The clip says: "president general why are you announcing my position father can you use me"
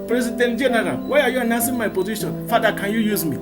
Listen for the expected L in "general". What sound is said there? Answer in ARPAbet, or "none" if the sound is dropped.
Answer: N